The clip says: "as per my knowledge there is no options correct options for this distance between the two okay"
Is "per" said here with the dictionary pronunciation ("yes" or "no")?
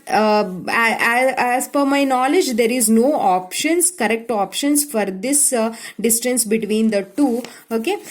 no